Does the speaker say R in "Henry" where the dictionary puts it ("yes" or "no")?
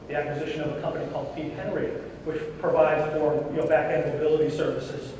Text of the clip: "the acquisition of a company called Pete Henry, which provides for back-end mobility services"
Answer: yes